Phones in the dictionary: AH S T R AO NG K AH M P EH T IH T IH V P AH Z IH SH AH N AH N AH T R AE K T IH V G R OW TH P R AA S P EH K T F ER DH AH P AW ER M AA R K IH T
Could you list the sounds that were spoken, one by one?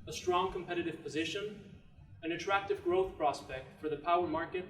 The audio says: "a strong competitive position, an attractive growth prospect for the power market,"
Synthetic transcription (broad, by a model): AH S T R AO NG K AH M P EH T IH T IH V P AH Z IH SH AH N AH N AH T R AE K T IH V G R OW TH P R AA S P EH K T F ER DH AH P AW ER M AA R K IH T